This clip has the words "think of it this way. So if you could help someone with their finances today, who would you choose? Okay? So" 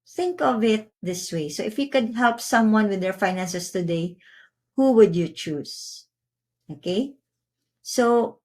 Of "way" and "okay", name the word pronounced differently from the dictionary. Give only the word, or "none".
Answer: none